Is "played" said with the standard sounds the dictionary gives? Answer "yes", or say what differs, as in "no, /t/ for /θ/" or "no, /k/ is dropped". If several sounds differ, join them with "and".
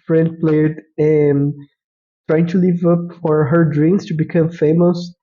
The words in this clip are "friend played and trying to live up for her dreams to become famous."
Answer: no, /d/ is dropped